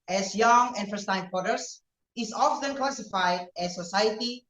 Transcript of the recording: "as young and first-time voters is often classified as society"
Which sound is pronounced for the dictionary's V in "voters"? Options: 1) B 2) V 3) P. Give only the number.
3